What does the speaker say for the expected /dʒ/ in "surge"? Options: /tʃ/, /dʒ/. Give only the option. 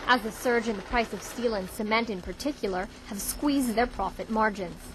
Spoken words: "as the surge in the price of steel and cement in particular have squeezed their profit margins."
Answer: /dʒ/